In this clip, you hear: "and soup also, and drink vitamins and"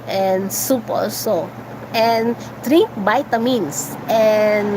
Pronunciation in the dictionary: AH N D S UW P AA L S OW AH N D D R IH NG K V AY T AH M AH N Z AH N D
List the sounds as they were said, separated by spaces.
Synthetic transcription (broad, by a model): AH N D S UW P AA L S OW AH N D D R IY K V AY T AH M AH N S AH N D